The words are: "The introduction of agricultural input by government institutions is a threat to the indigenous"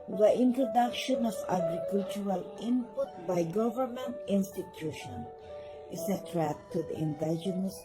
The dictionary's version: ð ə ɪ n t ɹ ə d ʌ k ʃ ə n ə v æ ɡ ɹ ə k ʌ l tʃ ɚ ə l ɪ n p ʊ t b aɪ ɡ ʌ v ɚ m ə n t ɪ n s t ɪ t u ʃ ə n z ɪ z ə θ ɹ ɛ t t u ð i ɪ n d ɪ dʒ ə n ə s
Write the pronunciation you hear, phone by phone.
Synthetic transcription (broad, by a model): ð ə ɪ n t ɹ ə d ʌ k ʃ ə n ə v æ ɡ ɹ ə k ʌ l tʃ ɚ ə l ɪ n p ʊ t b aɪ ɡ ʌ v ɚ m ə n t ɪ n s t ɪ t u ʃ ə n ɪ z ə t ɹ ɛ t t u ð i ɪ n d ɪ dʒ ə n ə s